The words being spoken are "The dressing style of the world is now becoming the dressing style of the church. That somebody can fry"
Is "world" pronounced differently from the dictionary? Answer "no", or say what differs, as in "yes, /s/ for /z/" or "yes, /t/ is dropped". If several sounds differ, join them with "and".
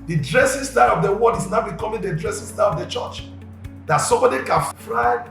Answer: yes, /l/ is dropped